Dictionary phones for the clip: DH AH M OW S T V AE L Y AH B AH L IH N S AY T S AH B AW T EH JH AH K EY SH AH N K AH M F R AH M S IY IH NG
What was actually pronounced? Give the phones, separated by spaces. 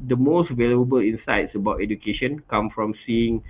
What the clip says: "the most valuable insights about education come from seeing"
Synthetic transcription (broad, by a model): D AH M OW S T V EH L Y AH B AH L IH N S AY T S AH B AW T EH JH AH K EY SH AH N K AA M F R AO M S IY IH NG